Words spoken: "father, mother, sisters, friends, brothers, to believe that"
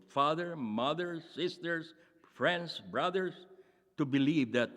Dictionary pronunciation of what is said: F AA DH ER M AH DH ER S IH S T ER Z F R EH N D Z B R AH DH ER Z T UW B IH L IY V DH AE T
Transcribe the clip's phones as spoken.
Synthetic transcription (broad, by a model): F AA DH ER M AH DH ER S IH S T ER S F R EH N D S B R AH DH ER S T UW B IH L IY V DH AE T